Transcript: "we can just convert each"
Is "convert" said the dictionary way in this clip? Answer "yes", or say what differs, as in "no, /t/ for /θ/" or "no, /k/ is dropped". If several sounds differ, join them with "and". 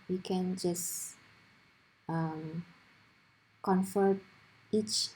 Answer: no, /f/ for /v/